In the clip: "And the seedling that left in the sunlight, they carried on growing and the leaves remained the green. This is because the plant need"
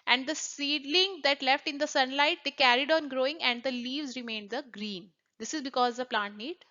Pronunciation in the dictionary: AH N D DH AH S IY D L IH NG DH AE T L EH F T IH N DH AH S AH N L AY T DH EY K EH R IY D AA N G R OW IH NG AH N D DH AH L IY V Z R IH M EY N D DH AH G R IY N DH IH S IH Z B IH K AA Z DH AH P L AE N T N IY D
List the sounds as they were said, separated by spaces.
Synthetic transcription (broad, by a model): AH N D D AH S IY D L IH NG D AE T L EH F T IH N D AH S AH N L AY T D EY K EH R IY D AA N G R OW IH NG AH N D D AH L IY V Z R IH M EY N D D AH G R IY N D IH S IH Z B IH K AA Z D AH P L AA N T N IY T